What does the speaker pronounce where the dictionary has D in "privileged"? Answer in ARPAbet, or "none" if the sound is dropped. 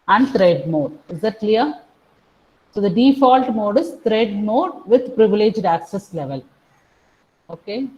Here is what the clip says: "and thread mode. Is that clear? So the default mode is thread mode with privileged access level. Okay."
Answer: D